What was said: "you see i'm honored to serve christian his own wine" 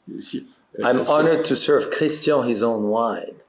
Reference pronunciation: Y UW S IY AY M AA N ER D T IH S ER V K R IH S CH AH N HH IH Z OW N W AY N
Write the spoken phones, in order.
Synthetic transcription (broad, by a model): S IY AY M AA N ER D T IH S ER V K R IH S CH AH HH IH Z OW N W AY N